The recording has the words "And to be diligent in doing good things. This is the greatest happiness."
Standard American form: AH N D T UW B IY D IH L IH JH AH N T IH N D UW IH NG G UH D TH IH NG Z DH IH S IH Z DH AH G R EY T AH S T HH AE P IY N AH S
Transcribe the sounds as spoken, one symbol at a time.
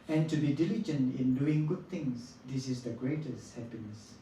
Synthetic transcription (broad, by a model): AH N T UW B IY D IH L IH JH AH N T IH N D UW IH NG G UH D T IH NG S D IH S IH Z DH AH G R EY T AH S T HH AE P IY N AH S